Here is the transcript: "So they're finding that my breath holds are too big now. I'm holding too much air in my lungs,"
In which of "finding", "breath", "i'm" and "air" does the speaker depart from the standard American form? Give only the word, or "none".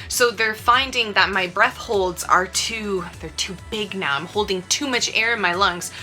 none